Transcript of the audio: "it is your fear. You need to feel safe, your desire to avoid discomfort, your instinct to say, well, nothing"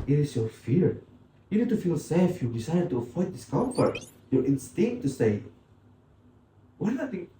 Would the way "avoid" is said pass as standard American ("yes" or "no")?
no